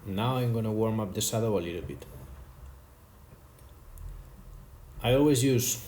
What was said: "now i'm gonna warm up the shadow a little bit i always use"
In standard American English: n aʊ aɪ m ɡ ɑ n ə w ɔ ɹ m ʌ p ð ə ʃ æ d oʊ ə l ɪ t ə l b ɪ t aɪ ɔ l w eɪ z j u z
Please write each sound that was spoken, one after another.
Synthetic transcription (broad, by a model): n aʊ aɪ m ɡ ɑ n ə w ɔ ɹ m ʌ p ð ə s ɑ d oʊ ə l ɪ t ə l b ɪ t aɪ ɔ l w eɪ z j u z